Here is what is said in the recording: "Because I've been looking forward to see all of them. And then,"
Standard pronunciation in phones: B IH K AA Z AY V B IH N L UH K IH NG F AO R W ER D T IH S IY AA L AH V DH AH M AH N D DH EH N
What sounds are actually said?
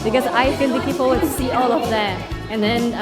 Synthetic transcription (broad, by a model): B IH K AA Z AY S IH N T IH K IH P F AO L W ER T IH S IY AA L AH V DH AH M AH N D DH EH N